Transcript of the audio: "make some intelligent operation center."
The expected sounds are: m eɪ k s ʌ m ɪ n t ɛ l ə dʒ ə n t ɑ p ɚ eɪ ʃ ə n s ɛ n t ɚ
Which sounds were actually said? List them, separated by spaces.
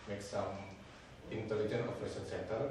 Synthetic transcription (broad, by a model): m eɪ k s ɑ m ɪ n t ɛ l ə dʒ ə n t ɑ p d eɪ s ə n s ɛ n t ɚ